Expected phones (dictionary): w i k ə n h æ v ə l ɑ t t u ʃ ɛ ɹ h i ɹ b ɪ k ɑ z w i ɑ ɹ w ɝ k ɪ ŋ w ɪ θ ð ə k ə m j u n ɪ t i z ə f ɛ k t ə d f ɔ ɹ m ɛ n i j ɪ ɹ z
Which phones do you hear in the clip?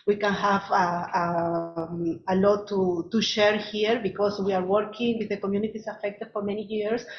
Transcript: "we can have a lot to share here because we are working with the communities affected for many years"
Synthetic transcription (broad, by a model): w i k ə n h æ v ə l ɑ t t u ʃ ɛ ɹ h i ɹ b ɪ k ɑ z w i ɑ ɹ w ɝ k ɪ ŋ w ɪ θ ð ə k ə m j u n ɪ t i s ə f ɛ k t ə d f ɔ ɹ m ɛ n i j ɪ ɹ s